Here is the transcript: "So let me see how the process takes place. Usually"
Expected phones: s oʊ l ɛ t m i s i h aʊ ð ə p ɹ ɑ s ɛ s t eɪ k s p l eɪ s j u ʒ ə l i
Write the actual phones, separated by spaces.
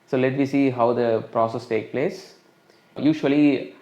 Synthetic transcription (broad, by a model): s oʊ l ɛ t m i s i h aʊ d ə p ɹ ɑ s ɛ s t eɪ k p l eɪ s j u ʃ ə l i